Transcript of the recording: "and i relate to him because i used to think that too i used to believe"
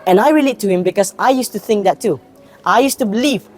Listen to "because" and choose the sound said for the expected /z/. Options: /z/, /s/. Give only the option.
/s/